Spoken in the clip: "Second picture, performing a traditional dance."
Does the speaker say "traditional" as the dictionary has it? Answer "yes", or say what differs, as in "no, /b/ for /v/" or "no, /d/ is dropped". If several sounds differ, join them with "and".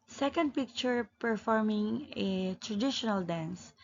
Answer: yes